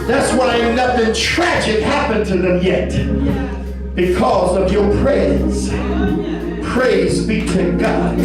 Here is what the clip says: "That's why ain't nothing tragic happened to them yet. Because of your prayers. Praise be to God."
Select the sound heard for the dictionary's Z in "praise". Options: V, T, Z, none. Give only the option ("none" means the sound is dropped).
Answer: Z